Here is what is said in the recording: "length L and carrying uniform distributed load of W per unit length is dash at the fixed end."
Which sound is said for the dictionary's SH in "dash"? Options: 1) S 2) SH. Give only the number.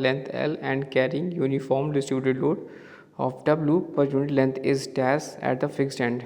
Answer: 1